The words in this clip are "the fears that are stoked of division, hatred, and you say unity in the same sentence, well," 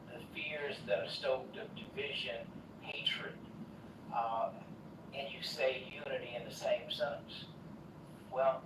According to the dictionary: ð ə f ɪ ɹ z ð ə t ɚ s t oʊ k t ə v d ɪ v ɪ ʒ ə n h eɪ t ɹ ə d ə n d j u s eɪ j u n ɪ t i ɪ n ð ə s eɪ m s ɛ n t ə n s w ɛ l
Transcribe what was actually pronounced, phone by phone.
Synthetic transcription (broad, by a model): ð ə f ɪ ɹ z ð ə t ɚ s t oʊ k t ə v d ɪ v ɪ ʒ ə n h eɪ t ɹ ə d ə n j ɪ s eɪ j u n ɪ t i ɪ n ð ə s eɪ m s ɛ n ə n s w ɛ l